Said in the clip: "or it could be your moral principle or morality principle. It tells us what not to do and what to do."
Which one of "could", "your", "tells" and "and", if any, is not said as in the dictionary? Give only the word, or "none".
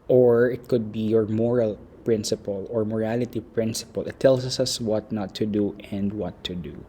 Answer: tells